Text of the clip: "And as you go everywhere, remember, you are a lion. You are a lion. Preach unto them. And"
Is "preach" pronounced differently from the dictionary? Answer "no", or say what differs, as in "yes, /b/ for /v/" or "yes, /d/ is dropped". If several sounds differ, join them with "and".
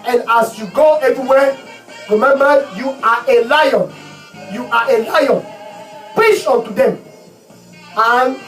yes, /ɹ/ is dropped